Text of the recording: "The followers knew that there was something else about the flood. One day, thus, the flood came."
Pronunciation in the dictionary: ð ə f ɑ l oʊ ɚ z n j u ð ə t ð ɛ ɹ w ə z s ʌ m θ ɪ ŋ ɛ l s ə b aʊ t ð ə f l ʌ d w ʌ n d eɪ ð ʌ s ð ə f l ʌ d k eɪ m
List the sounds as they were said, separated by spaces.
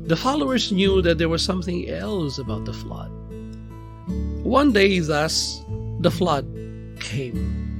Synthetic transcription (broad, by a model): ð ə f ɑ l oʊ ɚ z n j u ð ə t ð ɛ ɹ w ə z s ʌ m θ ɪ ŋ ɛ l s ə b aʊ t ð ə f l ʌ d w ʌ n d eɪ ð ʌ s ð ə f l ʌ d k eɪ m